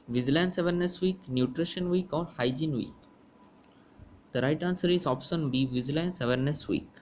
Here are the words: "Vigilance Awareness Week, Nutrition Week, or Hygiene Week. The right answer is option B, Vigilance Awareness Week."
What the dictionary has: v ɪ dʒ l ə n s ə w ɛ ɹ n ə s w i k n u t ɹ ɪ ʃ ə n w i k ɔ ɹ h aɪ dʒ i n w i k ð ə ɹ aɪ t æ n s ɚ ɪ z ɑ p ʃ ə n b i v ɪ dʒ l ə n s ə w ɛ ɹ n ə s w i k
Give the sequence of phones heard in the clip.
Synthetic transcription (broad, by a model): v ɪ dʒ l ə n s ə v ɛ ɹ n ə s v i k n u t ɹ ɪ ʃ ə n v i k ɔ ɹ h aɪ dʒ i n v i k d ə ɹ aɪ t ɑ n s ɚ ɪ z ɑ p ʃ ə n b i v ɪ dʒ l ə n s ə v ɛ ɹ n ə s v i k